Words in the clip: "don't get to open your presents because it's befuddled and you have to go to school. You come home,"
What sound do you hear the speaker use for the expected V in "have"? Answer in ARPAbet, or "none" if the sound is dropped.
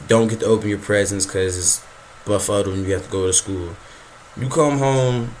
F